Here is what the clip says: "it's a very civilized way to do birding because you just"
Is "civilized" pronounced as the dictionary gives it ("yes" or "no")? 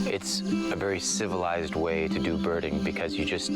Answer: yes